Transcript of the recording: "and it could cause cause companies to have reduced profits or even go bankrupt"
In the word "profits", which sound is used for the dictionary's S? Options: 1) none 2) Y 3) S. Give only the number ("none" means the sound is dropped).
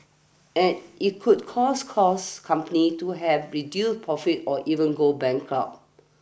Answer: 1